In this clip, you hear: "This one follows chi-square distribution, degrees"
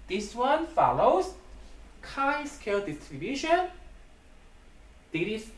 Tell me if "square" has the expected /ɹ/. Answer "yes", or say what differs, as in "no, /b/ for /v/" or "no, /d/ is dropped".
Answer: no, /l/ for /ɹ/